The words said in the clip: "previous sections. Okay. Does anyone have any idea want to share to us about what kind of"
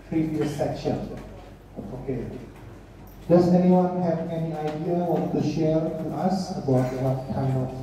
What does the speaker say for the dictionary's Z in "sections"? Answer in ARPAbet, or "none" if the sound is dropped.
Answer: none